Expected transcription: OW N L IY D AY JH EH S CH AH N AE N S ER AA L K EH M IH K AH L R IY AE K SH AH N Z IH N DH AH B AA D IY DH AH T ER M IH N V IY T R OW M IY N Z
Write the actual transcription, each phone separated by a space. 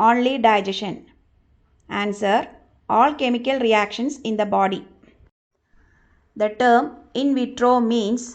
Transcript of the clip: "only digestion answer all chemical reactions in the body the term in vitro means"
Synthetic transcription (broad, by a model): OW N L IY D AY JH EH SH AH N AE N S ER AA L K EH M IH K AH L R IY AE K SH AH N S IH N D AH B AA D IY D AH T ER M IH N V IY T R OW M IY N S